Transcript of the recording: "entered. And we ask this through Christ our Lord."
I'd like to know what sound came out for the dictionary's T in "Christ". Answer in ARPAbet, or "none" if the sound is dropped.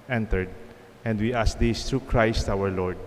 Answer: T